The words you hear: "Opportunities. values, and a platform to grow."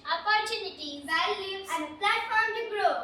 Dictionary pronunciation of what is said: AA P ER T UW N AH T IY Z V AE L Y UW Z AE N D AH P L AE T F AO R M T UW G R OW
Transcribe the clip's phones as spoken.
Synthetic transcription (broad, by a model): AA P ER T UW N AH T IY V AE L Y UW AE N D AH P L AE T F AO R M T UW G R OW